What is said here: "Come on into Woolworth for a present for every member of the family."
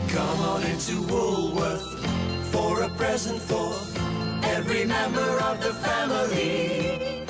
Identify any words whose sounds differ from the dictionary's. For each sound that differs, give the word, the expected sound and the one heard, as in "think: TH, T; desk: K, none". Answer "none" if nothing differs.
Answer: none